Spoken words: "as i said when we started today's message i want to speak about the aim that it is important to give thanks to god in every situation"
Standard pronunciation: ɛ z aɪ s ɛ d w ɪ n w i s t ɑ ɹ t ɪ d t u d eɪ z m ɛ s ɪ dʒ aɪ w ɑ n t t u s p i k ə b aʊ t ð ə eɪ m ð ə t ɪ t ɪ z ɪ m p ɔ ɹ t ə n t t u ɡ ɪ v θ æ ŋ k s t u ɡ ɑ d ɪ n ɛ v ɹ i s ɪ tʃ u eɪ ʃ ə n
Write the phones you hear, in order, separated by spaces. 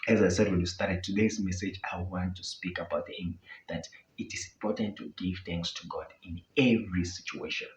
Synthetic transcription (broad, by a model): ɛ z aɪ s ɛ d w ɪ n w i s t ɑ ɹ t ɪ d t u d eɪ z m ɛ s ɪ dʒ aɪ w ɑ n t t u s p i k ə b aʊ t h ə m ð ə t ɪ t ɪ z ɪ m p ɔ ɹ t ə n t t u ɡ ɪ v θ æ ŋ k s t u ɡ ɑ d ɪ n ɛ v ɹ i s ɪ tʃ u eɪ ʃ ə n